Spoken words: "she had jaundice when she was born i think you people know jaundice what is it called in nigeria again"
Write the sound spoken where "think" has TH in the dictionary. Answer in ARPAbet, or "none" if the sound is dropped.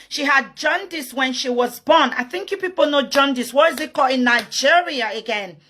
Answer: TH